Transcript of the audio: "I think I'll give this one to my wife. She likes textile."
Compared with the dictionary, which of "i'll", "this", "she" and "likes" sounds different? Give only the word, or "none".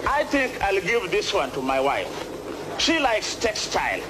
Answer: none